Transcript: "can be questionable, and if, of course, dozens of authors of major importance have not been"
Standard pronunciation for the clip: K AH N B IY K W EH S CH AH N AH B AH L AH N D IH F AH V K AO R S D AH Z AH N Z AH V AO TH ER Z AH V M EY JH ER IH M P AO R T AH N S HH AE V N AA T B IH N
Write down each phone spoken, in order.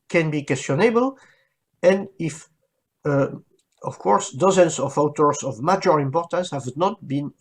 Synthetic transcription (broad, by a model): K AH N B IY K W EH S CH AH N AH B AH L AH N D IH F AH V K AO R S D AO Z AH N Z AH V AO T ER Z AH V M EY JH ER IH M P AO R T AH N S HH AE V N AA T B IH N